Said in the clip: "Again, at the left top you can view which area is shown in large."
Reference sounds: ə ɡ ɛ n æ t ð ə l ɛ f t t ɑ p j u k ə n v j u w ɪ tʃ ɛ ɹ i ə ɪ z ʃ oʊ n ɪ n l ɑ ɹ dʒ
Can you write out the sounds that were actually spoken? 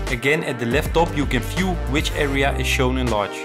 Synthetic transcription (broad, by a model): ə ɡ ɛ n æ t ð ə l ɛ f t t ɑ p j u k ə n f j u w ɪ tʃ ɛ ɹ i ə ɪ z ʃ oʊ n ɪ n l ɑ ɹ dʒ